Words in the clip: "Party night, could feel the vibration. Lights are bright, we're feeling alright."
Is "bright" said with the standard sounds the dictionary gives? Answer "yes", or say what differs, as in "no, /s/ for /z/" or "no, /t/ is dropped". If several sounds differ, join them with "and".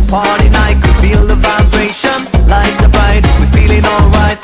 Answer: no, /ɹ/ is dropped